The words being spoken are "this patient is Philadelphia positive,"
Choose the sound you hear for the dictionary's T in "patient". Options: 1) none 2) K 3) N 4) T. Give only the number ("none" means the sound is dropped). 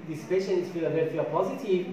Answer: 1